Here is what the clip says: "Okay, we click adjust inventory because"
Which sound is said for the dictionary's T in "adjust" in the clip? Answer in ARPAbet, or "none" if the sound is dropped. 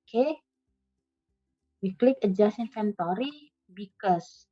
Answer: none